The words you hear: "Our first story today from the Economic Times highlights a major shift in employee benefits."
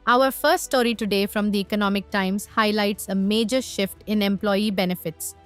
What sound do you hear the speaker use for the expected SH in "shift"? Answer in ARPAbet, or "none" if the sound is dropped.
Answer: SH